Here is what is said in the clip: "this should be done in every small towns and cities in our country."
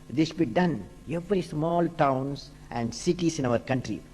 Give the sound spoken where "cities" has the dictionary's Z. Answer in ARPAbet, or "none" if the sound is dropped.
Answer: S